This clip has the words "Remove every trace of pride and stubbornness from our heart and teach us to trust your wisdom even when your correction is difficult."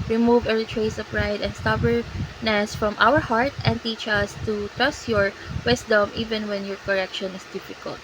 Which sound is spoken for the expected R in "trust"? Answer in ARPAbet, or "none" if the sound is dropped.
R